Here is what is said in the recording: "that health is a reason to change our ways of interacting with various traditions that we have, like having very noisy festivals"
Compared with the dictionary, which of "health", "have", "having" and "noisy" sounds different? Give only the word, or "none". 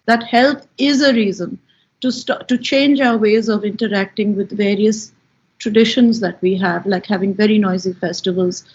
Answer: health